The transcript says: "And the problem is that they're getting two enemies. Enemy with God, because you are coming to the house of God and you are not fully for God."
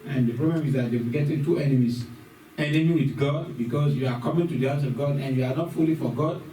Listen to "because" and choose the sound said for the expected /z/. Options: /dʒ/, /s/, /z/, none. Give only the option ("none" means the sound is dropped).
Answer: /s/